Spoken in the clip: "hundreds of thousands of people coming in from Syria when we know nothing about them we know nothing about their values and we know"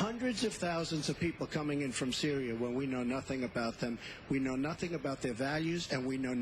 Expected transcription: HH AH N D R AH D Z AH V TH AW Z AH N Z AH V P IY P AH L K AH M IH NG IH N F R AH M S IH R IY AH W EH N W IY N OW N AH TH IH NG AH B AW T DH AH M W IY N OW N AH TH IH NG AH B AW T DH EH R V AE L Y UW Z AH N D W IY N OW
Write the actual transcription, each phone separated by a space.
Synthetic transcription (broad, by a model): HH AH N D R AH D Z AH V TH AW Z AH N Z AH V P IY P L K AH M IH NG IH N F R AH M S IH R IY AH W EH N W IY N OW N AH TH IH NG AH B AW T DH AH M W IY N OW N AH TH IH NG AH B AW T DH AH R V AE L Y UW Z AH N W IY N OW